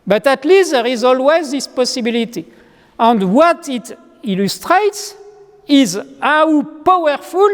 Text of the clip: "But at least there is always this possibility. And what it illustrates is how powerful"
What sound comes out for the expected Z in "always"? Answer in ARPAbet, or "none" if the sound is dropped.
Z